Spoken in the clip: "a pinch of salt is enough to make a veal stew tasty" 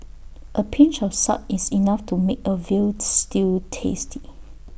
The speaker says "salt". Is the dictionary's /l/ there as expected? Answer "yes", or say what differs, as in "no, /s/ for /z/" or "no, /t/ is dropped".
no, /l/ is dropped